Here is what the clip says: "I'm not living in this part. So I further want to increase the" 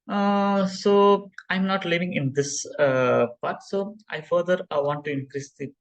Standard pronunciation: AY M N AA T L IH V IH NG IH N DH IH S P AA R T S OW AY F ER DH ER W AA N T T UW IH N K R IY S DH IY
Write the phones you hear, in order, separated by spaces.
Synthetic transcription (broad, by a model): AY M N AA T L IH V IH NG IH N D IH S P AA R T S OW AY F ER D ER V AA N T T UW IH N K R IY S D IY